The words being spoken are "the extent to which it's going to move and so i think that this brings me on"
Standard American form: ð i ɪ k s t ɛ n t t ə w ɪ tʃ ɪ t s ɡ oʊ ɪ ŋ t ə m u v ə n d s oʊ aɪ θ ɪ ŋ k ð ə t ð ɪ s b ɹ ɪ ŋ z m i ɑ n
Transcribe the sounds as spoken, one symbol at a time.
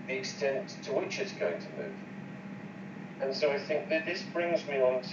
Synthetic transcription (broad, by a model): ð i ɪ k s t ɛ n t t ə w ɪ tʃ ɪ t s ɡ oʊ ɪ ŋ t ə m u v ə n s oʊ aɪ θ ɪ ŋ k ð ə t ð ɪ s b ɹ ɪ ŋ z m i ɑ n